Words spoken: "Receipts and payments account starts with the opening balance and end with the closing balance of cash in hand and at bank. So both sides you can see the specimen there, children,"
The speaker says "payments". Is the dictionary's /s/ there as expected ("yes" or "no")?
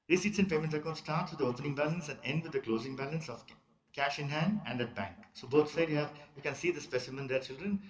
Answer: no